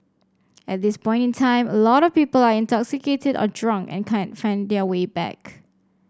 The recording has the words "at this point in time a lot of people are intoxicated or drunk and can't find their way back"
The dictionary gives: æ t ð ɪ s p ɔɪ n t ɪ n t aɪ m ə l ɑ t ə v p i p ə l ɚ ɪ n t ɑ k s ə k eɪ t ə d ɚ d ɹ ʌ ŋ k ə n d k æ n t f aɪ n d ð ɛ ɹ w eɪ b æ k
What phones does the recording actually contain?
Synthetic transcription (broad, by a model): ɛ t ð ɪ s p ɔɪ n t ɪ n t aɪ m ə l ɑ t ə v p i p ə l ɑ ɪ n t ɑ k s ə k eɪ t ə d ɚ d ɹ ʌ ŋ k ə n k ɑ n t f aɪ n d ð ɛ w eɪ b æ k